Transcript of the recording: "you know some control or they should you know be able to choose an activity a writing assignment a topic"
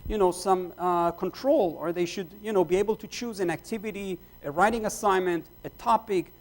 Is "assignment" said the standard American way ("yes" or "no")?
yes